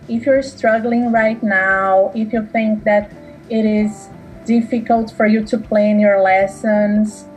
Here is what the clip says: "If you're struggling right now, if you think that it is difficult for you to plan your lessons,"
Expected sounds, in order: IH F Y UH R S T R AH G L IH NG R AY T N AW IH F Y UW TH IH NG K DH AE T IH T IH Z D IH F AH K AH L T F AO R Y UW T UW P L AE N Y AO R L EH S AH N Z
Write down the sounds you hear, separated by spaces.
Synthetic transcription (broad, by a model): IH F Y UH R S T R AH G L IH NG R AY T N AW IH F Y UW TH IH NG K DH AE T IH T IH Z D IH F AH K AH L T F AO R Y UW T UW P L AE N Y AO R L EH S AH N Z